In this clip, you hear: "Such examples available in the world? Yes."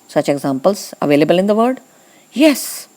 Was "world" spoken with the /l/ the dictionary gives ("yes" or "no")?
no